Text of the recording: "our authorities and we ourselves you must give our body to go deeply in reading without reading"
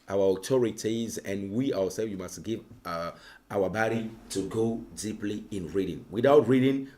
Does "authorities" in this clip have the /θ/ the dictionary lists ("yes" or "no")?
no